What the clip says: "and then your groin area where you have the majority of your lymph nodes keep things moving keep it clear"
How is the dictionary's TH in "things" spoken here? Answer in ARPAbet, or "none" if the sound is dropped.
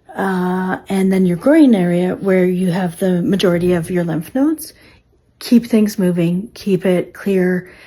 TH